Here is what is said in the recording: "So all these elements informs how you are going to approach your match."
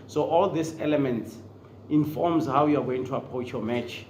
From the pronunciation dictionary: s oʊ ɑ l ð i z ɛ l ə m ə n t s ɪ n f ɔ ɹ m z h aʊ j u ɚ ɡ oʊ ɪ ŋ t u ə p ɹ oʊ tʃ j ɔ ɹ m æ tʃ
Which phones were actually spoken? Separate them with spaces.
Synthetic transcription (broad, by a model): s oʊ ɑ l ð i s ɛ l ə m ə n t s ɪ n f ɔ m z h aʊ j u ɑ ɡ oʊ ɪ ŋ t u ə p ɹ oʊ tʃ j ɔ m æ tʃ